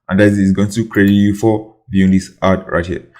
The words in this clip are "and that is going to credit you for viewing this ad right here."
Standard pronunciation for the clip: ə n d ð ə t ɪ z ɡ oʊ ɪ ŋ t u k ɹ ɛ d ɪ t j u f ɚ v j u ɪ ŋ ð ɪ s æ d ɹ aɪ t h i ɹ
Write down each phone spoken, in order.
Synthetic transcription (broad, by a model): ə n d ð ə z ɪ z ɡ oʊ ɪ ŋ t u k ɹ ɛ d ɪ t j u f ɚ b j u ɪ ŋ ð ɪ s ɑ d ɹ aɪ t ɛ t